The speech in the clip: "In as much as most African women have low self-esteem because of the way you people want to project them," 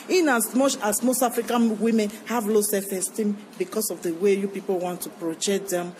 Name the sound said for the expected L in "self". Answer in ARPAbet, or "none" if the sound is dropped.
none